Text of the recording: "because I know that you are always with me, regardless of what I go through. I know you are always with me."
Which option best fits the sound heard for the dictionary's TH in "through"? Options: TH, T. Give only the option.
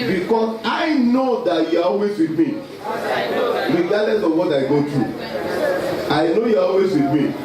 T